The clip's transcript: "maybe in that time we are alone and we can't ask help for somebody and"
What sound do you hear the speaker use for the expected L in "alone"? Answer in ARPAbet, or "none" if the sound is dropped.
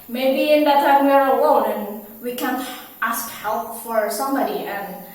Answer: W